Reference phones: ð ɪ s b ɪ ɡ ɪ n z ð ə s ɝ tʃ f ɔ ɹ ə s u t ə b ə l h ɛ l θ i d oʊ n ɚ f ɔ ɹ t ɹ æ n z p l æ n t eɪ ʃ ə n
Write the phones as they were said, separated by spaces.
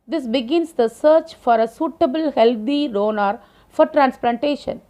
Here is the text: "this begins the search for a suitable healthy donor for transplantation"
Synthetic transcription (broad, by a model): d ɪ s b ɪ ɡ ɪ n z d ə s ɝ tʃ f ɔ ɹ ə s u t ə b ə l h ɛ l t i d oʊ n ɚ f ɔ ɹ t ɹ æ n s p l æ n t eɪ ʃ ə n